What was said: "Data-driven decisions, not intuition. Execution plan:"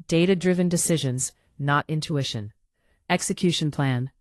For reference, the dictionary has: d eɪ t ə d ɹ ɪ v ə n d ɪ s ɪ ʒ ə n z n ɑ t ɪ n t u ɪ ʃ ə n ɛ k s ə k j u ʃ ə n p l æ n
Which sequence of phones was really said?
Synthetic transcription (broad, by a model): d eɪ t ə d ɹ ɪ v ə n d ɪ s ɪ ʒ ə n z n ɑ t ɪ n t u ɪ ʃ ə n ɛ k s ə k j u ʃ ə n p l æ n